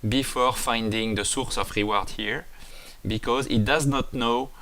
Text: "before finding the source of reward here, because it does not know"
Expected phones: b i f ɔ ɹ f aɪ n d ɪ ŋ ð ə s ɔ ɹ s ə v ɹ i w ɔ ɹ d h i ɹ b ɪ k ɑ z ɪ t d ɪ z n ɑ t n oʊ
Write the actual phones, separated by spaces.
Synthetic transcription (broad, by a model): b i f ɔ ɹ f aɪ n d ɪ ŋ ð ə s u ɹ s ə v ɹ i w ɔ ɹ d h i ɹ b ɪ k ɑ z ɪ t d ɪ z n ɑ t n oʊ